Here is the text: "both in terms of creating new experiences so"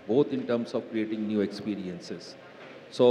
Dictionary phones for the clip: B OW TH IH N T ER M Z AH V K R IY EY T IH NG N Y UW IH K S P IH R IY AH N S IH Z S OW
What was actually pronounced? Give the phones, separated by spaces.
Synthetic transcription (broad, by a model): B OW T IH N T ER M S AH V K R IY EY T IH NG N Y UW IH K S P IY R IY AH N S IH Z S OW